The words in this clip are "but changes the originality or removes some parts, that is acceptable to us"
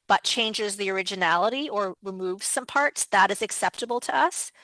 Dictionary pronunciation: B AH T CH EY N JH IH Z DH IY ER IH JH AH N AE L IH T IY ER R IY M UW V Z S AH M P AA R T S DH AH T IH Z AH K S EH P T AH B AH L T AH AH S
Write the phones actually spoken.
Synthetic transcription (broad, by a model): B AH T CH EY N JH IH Z DH IY ER IH JH AH N AE L IH T IY ER R IY M UW V Z S AH M P AA R T S DH AH T IH Z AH K S EH P T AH B L T AH AH S